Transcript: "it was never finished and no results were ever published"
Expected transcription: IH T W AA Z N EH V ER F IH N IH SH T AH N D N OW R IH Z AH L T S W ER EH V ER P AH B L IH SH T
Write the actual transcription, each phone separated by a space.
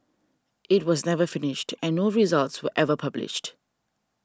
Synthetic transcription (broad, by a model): IH T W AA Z N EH V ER F IH N IH SH T AH N D N OW R IH Z AH L T S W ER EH V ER P AH B L IH SH T